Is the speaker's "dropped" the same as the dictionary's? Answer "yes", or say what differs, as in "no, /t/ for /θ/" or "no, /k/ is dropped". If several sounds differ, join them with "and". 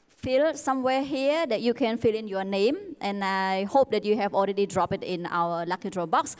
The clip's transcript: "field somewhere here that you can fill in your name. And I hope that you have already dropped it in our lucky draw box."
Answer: no, /t/ is dropped